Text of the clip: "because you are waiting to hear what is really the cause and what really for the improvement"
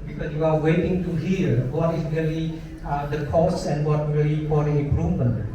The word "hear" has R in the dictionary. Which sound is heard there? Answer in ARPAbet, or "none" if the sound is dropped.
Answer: L